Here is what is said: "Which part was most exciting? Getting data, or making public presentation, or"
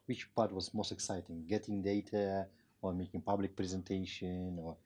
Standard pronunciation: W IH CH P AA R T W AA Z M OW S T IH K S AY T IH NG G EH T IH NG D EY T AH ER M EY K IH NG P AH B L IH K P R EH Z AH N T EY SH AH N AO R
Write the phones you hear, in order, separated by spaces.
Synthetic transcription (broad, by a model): W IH CH P AA R T W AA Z M OW S T IH K S AY T IH NG G EH T IH NG D EY T AH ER M EY K IH NG P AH B L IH K P R EH Z AH N T EY SH AH N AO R